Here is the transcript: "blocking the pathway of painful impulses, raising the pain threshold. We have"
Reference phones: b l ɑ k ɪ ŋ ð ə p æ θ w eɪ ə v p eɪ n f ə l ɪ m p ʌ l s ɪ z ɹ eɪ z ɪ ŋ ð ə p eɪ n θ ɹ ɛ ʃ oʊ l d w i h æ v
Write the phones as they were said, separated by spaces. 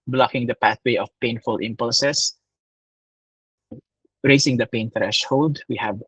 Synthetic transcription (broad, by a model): b l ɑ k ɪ ŋ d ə p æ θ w eɪ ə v p eɪ n f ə l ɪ m p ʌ l s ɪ s ɹ eɪ s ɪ ŋ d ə p eɪ n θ ɹ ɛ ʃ oʊ l d w i h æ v